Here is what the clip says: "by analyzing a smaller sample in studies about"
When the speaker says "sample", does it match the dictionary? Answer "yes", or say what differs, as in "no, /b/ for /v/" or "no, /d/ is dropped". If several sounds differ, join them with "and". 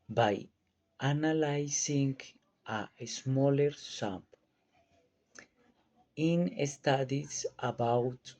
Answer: no, /n/ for /l/